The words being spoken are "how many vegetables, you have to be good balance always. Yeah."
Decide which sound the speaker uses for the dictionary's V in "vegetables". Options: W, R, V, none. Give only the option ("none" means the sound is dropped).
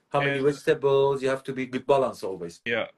W